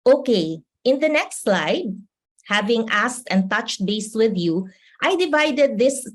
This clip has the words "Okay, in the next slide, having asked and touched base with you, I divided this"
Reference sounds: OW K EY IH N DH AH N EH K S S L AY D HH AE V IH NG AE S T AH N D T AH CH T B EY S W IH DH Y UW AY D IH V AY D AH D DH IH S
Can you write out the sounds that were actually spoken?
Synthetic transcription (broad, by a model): OW K EY IH N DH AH N EH K S S L AY D HH AE V IH NG AE S T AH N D T AH CH T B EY S W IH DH Y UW AY D IH V AY D AH D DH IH S